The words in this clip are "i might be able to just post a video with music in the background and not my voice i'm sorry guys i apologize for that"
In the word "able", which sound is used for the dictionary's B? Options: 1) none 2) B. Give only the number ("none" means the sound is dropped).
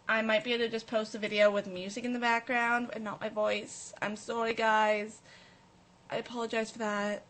1